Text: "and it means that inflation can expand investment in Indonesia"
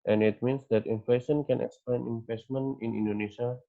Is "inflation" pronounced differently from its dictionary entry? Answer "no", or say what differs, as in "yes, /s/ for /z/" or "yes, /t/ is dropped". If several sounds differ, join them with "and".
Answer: no